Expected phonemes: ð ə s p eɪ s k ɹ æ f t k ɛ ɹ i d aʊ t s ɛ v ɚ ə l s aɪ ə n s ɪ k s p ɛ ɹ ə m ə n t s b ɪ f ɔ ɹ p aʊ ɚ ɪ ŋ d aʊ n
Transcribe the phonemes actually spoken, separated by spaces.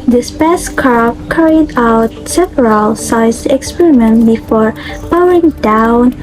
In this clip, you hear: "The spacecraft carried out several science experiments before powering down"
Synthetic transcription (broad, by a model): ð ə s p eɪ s k ɑ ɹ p k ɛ ɹ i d aʊ t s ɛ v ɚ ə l s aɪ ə s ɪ k s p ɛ ɹ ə m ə n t b ɪ f ɔ ɹ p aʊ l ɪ ŋ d aʊ n